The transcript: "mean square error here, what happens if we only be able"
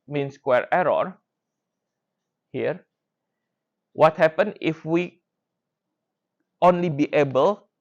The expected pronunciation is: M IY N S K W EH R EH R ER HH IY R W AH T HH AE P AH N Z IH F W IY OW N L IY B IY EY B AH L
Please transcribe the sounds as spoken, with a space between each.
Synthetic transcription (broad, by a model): M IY N S K W EH R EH R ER HH IY R W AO T HH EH P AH N IH F W IY OW N L IY B IY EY B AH L